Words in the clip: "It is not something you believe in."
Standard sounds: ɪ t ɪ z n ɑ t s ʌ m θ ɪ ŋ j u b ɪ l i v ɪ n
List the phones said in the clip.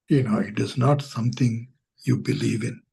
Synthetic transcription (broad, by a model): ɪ t ɪ z n ɑ t s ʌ m t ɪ ŋ j u b ɪ l i v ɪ n